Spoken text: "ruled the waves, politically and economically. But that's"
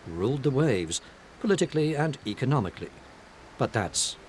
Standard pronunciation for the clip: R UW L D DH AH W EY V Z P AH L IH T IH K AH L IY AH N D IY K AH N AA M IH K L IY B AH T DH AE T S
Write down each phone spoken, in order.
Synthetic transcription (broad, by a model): R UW L D DH AH W EY V Z P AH L IH T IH K L IY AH N IY K AH N AA M IH K L IY B AH T DH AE T S